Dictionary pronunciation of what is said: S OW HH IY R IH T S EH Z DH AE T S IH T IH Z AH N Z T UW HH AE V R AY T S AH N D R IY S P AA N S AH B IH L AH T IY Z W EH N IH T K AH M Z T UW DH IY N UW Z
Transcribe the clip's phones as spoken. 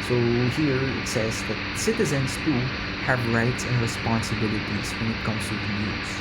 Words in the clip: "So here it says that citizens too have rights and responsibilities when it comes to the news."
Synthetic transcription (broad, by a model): S OW HH IY R IH T S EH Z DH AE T S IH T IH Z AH N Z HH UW HH AE V R AY T S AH N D R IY S P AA N S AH B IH L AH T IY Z W EH N IH T K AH M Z T UW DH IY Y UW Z